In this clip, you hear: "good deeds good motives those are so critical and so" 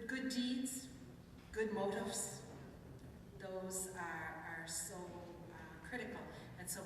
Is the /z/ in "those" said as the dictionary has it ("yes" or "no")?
yes